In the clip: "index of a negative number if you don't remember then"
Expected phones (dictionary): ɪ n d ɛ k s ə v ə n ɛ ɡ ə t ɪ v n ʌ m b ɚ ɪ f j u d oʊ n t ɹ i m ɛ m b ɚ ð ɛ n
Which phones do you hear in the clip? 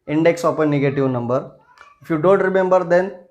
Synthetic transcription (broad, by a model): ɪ n d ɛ k s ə p ə n ɛ ɡ ə t ɪ v n ʌ m b ɚ ɪ f j u d oʊ n t ɹ i m ɛ m b ɚ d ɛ n